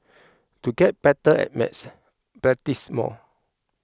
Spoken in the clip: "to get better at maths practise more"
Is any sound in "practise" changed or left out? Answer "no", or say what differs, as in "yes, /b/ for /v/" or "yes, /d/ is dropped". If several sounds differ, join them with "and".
yes, /b/ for /p/ and /k/ is dropped